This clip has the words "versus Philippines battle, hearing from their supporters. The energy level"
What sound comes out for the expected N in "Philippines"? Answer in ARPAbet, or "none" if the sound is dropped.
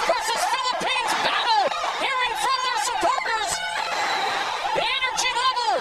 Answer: N